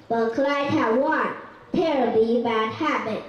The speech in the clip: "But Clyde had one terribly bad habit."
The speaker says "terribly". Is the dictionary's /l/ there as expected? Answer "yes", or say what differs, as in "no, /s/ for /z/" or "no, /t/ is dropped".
no, /l/ is dropped